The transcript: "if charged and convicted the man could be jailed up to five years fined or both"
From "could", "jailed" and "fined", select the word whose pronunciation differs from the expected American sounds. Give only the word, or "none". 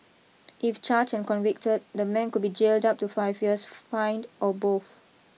none